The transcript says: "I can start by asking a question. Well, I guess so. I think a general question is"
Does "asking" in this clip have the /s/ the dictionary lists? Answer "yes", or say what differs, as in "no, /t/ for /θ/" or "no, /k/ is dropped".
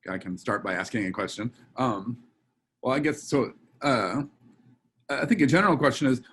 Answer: yes